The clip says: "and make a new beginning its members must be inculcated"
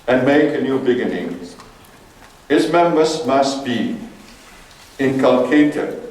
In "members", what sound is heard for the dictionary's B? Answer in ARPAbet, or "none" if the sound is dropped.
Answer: none